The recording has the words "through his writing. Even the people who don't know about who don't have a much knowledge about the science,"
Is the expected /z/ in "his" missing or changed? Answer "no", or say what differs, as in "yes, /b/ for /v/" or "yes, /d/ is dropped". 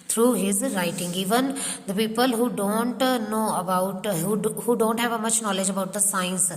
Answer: no